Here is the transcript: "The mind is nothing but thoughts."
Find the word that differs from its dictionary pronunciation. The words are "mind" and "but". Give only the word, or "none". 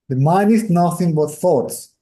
mind